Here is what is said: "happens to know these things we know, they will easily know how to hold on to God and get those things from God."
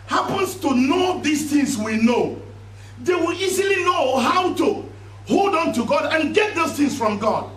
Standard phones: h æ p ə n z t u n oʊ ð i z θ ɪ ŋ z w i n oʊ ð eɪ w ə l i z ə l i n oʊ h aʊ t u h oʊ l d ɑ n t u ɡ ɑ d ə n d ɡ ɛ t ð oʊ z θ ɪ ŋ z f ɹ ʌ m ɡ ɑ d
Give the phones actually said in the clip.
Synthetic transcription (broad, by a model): h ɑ p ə n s t u n oʊ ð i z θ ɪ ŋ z w i n oʊ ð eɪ w ə l i z ə l i n oʊ h aʊ t u h oʊ l d ɑ n t u ɡ ɑ d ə n ɡ ɛ t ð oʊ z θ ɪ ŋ s f ɹ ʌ m ɡ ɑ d